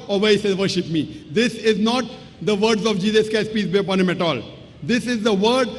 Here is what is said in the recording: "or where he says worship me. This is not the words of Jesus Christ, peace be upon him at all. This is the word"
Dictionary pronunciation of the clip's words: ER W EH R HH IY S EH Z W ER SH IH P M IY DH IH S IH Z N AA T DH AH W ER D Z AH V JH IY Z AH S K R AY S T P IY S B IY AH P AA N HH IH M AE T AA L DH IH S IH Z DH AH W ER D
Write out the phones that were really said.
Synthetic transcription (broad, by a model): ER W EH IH S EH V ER SH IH P M IY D IH S IH Z N AA T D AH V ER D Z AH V JH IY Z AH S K AY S P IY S B IY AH P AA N HH IH M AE T AA L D IH S IH Z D AH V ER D